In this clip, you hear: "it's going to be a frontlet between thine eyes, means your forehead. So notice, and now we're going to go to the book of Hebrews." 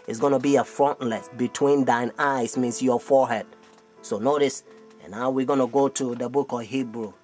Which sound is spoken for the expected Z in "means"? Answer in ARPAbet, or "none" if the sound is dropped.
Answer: S